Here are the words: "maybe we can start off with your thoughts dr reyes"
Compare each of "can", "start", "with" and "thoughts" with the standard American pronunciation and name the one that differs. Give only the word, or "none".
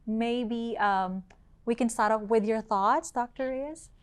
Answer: none